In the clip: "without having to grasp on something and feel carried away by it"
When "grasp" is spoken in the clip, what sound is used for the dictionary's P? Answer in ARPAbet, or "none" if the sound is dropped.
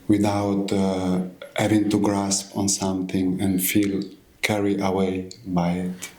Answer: P